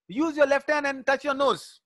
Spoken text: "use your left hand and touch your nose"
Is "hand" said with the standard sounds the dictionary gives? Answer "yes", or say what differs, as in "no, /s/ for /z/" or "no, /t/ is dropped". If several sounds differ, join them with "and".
no, /d/ is dropped